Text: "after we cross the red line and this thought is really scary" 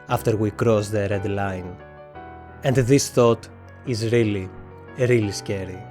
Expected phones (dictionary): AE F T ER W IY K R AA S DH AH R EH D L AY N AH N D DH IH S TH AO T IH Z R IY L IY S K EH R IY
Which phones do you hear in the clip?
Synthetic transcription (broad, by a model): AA F T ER W IY K R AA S DH AH R EH D L AY N AH N D DH IH S TH AO T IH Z R IY L IY S K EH R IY